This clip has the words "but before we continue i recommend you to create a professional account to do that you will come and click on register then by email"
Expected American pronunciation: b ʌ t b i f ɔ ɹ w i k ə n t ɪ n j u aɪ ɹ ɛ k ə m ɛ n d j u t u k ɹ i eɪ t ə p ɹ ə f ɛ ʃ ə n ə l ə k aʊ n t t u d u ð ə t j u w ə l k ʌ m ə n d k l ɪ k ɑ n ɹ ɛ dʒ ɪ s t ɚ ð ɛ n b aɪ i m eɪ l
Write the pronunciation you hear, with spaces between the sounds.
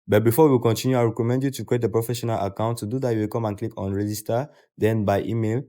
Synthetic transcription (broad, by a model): b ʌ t b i f ɔ w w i k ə n t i n j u aɪ ɹ ɛ k ə m ɛ n d j u t u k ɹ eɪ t ə p ɹ ə f ɛ ʃ ə n ə l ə k aʊ n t t u d u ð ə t j u w ə l k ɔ m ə n k l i k ɑ n ɹ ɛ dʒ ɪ s t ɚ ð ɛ n b aɪ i m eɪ l